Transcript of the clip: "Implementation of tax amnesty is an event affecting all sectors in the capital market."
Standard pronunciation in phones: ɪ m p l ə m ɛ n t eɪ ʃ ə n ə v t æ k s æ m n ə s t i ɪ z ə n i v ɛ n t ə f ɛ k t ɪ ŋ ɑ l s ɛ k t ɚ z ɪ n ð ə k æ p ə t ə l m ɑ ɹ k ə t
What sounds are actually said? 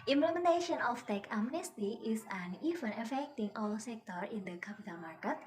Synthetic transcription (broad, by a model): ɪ m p l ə m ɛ n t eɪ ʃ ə n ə f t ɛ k æ m n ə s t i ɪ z ə n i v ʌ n ə f ɛ k t ɪ ŋ ɑ l s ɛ k t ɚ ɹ ɪ n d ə k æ p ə t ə l m ɑ ɹ k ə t